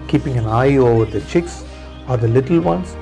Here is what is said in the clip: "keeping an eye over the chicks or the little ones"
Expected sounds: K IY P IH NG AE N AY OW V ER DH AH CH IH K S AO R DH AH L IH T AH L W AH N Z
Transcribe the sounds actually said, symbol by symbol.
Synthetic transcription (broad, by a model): K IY P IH NG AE N AY OW V ER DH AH CH IH K S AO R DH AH L IH T AH L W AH N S